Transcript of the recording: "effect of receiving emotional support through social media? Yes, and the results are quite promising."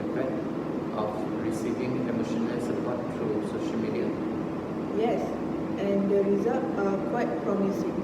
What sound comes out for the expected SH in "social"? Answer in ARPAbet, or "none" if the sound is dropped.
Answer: SH